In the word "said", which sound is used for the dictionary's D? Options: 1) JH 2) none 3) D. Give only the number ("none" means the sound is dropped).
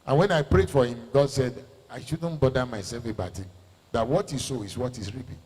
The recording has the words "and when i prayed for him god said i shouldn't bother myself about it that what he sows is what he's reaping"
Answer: 3